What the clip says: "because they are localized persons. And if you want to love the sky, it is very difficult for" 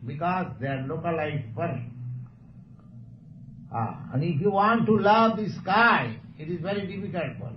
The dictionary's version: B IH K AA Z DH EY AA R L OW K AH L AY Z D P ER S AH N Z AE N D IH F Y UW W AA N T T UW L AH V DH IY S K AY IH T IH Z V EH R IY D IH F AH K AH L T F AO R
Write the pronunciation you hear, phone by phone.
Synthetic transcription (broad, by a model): B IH K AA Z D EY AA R L OW K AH L AY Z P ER AH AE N D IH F Y UW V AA N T T UW L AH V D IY S K AY IH T IH Z V EH R IY D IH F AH K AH L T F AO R